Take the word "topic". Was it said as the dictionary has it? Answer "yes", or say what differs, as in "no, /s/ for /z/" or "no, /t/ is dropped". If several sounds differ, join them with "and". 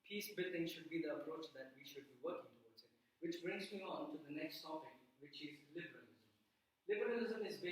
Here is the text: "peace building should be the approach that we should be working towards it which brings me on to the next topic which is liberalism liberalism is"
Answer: no, /s/ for /t/